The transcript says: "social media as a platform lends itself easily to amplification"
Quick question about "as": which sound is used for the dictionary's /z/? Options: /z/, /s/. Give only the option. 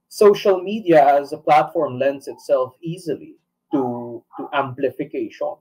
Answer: /z/